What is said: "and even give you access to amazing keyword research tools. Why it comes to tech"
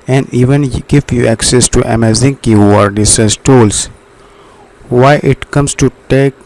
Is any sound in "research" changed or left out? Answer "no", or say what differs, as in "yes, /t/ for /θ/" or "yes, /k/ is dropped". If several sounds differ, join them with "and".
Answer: yes, /s/ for /tʃ/